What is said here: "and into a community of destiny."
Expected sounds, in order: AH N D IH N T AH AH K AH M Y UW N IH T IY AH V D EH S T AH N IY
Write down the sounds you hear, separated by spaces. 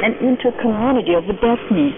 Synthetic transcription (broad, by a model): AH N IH N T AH AH K AH M Y UW N IH T IY AH V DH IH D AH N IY